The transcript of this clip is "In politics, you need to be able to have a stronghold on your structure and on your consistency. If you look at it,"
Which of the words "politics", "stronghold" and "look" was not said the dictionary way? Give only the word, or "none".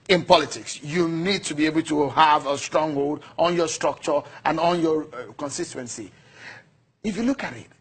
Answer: none